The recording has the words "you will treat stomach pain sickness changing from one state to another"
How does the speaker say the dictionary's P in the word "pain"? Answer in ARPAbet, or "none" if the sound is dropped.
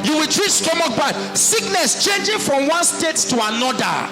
B